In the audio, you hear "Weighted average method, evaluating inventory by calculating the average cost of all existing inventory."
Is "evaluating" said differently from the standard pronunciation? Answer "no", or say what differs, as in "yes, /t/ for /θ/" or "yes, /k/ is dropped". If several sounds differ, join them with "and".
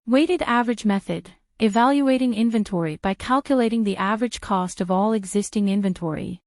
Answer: no